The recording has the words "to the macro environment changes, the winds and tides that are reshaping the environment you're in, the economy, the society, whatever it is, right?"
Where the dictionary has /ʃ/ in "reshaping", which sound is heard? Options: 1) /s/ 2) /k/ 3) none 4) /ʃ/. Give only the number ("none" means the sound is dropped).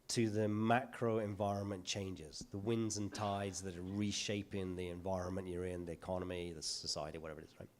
4